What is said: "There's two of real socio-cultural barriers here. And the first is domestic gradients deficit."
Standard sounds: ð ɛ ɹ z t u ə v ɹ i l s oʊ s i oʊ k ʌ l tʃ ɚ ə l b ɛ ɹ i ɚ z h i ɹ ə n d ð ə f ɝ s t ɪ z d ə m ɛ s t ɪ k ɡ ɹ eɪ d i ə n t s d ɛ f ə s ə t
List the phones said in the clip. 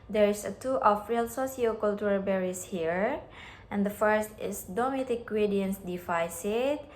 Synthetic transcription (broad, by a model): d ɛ ɹ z t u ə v ɹ i l s oʊ s i oʊ k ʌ l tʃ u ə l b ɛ ɹ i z h i ɹ ə n d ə f ɝ s t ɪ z d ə m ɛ t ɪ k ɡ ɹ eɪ d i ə n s d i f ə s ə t